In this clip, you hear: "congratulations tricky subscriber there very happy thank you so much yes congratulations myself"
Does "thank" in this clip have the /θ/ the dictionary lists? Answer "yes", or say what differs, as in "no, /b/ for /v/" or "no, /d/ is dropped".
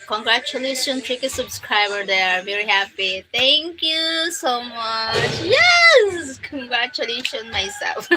no, /t/ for /θ/